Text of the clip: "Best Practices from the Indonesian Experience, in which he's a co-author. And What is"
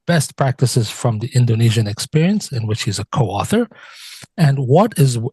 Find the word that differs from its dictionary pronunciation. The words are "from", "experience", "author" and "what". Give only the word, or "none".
none